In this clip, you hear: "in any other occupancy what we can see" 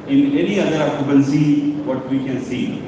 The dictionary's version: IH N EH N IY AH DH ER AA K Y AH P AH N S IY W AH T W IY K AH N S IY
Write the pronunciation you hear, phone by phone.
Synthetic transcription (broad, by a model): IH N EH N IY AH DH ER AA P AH B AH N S IY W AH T W IY K AH N S IY